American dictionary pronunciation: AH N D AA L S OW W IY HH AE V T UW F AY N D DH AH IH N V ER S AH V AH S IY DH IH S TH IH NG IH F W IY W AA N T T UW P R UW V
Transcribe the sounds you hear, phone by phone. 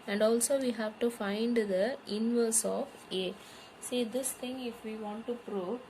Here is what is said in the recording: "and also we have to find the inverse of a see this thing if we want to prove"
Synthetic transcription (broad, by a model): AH N D AA L S OW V IY HH AE V T UW F AY N D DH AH IH N V ER S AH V AH S IY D IH S T IH NG IH F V IY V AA N T T UW P R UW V